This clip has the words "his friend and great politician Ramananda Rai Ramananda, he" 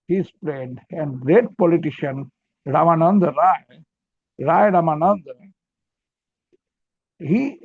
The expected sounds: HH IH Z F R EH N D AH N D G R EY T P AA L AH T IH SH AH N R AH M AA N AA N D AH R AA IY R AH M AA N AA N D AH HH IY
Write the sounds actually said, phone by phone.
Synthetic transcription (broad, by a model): HH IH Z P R EH D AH N G R EY T P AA L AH T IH SH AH N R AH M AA N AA N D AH R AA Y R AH M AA N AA N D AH HH IY